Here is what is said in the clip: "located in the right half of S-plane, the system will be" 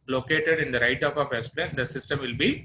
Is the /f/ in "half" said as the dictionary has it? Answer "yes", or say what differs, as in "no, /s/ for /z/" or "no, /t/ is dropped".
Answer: no, /p/ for /f/